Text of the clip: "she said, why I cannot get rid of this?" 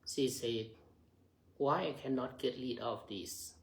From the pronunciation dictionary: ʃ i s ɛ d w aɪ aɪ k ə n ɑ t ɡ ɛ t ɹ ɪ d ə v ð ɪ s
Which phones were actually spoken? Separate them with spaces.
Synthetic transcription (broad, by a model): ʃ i s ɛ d w aɪ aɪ k ə n ɑ t ɡ ɛ t l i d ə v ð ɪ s